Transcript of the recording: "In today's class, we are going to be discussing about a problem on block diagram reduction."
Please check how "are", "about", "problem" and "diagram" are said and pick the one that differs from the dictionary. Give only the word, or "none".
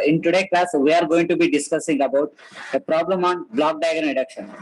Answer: diagram